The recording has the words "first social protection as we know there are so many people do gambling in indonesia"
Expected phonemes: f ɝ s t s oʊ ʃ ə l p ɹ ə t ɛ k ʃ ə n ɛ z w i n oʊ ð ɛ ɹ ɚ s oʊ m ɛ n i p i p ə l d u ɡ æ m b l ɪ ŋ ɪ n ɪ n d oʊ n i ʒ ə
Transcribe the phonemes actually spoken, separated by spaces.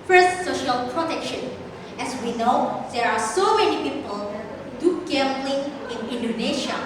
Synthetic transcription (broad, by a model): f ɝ s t s oʊ ʃ ə l p ɹ ə t ɛ k ʃ ə n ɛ s w i n oʊ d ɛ ɹ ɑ s oʊ m ɛ n i p i p ə l d u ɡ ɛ m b l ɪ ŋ ɪ n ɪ n d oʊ n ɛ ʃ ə